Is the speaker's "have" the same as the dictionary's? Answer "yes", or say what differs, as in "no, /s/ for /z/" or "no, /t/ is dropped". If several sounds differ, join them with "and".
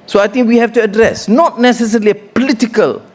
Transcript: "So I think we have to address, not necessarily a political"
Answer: no, /f/ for /v/